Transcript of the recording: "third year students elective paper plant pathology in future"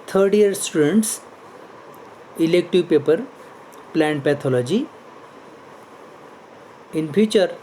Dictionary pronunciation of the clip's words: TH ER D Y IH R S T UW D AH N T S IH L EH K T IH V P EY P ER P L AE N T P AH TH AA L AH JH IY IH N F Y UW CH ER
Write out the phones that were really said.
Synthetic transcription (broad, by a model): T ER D Y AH R S T UW D AH N T S IH L EH K T IH V P EY P ER P L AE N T P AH T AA L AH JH IY IH N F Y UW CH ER